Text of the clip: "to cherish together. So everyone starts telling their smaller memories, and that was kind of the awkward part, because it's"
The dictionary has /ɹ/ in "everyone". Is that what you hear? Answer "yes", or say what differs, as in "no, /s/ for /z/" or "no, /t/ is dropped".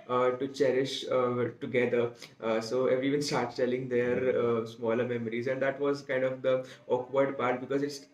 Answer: no, /ɹ/ is dropped